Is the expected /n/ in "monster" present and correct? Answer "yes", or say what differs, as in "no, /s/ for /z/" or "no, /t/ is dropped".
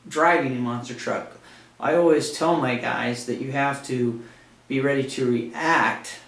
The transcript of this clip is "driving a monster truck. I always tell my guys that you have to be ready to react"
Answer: yes